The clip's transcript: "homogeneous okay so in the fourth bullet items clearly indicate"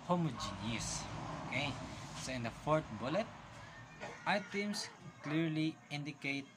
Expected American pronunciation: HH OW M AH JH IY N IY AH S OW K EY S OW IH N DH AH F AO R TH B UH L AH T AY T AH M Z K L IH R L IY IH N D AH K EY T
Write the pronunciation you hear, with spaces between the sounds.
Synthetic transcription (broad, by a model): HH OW M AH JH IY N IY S OW K EY S OW IH N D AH F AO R T B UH L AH T AY T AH M S K L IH R L IY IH N D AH K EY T